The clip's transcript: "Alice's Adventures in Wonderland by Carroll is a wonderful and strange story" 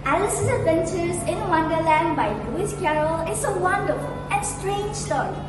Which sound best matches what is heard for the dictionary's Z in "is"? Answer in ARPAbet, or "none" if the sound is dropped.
S